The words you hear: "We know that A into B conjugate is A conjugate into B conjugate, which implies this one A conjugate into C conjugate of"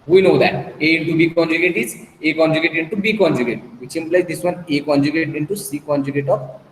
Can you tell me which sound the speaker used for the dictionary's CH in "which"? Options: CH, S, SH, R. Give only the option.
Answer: S